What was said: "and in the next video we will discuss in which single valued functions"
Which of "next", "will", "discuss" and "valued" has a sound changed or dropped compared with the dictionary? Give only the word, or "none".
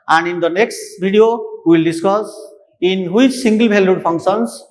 valued